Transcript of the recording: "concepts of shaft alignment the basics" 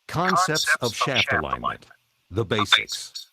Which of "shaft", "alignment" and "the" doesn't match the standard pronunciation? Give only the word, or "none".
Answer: none